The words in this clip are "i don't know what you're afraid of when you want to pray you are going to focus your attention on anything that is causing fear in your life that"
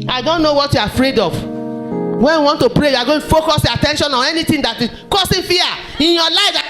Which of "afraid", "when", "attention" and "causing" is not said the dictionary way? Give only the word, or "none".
causing